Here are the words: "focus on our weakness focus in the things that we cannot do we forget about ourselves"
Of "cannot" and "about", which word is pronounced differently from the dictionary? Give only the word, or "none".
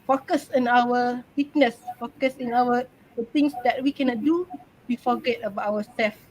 about